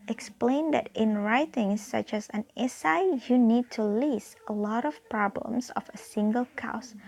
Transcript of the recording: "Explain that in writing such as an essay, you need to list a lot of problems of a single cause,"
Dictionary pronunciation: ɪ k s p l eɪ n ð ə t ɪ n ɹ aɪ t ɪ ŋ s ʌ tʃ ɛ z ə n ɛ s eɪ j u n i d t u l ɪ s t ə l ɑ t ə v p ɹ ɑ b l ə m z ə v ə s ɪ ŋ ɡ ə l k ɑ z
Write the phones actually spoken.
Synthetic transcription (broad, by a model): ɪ k s p l eɪ n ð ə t ɪ n ɹ aɪ t ɪ ŋ s ʌ tʃ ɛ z ə n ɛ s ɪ j u n i d t u l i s ə l ɑ t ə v p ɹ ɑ b l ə m s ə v ə s ɪ ŋ ɡ ə l k ɑ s